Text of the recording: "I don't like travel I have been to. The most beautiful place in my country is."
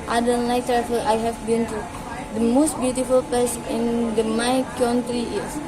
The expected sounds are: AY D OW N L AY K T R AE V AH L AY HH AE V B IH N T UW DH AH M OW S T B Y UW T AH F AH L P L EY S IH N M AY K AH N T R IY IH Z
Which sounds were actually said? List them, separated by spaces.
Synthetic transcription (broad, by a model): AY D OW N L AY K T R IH F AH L AY HH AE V B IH N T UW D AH M OW S T B Y UW T AH F AH L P EY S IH N M AY K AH N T R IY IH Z